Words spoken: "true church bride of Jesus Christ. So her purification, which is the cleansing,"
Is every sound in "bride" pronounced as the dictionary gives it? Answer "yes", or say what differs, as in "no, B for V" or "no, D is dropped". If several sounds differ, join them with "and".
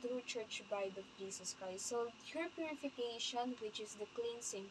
no, R is dropped